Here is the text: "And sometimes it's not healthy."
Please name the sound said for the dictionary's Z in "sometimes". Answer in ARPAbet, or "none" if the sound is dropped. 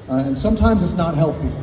Z